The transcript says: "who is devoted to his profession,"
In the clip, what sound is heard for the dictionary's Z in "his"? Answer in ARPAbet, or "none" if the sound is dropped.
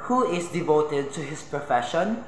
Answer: S